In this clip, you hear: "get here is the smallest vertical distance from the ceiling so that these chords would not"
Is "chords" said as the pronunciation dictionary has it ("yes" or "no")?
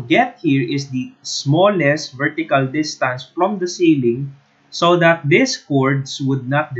no